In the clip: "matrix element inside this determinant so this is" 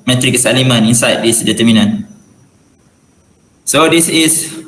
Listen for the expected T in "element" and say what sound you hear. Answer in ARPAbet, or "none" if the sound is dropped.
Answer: none